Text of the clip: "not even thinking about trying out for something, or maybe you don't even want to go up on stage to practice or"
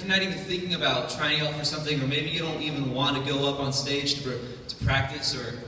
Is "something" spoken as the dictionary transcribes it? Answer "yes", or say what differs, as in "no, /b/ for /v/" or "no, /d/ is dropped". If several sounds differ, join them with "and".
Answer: yes